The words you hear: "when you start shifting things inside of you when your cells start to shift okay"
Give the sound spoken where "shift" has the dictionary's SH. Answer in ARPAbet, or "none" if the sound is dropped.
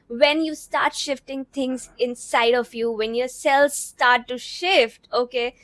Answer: SH